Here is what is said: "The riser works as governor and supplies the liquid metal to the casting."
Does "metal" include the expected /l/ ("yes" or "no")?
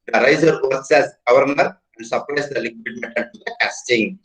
no